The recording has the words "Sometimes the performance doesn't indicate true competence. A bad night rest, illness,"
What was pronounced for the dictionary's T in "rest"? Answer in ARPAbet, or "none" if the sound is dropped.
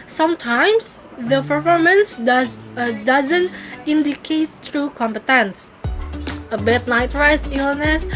none